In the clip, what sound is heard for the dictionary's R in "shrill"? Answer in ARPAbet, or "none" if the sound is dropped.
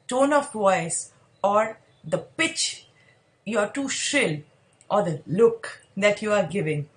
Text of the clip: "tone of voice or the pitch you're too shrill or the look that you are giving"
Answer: none